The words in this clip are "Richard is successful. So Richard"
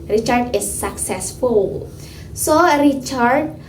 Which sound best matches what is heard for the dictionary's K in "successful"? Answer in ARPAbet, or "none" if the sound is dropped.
K